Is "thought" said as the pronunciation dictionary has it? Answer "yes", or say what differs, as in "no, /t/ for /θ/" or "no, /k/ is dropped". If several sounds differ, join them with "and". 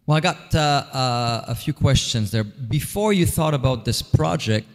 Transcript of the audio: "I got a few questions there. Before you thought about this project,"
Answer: yes